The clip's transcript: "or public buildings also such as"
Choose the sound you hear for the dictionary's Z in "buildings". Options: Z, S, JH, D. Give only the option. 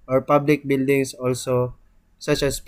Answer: S